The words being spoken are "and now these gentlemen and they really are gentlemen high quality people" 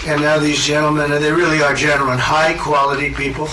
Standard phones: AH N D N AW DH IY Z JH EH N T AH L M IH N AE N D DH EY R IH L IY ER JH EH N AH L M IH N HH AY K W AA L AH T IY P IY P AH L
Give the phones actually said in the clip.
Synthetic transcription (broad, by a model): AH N N AW DH IY Z JH EH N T L M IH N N DH EY R IH L IY ER JH EH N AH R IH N HH AY K W AA L AH T IY P IY P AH L